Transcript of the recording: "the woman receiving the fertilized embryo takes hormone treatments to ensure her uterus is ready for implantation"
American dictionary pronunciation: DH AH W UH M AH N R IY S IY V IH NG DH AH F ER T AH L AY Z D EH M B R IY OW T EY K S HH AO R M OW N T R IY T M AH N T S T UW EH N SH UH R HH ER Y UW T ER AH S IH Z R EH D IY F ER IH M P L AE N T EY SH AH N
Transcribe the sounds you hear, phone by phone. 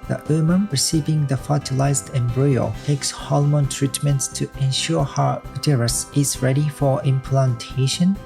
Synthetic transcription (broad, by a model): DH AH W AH M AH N R IY S IY V IH NG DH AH F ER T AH L AY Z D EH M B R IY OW T EY K S HH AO L M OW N T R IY T M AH N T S T UW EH N SH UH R HH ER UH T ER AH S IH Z R EH D IY F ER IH M P L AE N T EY SH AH N